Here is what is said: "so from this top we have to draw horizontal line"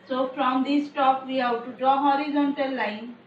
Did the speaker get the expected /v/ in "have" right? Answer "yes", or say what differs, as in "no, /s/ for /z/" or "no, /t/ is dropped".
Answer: no, /w/ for /v/